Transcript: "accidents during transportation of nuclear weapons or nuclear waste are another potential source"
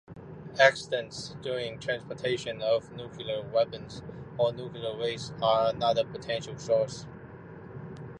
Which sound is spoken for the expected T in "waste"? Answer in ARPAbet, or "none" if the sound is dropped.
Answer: none